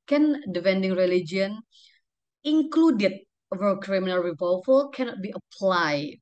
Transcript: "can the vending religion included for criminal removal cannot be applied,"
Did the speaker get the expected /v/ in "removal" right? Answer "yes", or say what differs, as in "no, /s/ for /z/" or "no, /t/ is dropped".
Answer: no, /f/ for /v/